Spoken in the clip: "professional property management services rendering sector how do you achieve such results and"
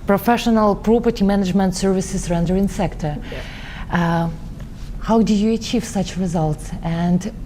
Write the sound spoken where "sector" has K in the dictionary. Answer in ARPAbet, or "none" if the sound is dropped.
K